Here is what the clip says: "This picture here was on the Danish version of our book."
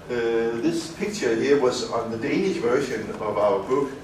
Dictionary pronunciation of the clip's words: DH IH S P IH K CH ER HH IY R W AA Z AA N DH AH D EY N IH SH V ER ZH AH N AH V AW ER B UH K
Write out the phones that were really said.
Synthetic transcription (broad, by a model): DH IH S P IH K CH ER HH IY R W AA Z N DH AH D EY N IH SH V ER SH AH N AH V AW ER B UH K